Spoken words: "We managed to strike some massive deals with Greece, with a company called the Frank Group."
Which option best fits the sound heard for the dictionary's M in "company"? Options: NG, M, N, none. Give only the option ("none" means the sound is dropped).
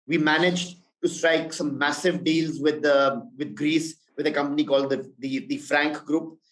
M